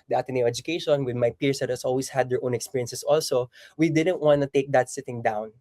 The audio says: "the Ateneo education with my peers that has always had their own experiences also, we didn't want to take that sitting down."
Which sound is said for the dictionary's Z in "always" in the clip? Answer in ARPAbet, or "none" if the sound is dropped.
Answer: S